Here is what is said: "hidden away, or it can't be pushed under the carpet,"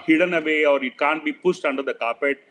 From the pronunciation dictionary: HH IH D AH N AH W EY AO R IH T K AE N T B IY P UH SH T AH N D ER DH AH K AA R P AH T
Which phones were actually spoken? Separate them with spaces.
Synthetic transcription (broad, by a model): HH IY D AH N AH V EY AO R IH T K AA N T B IY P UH S T AH N D ER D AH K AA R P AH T